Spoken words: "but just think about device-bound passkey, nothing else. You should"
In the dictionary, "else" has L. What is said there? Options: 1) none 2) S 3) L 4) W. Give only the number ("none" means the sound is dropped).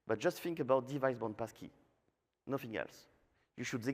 3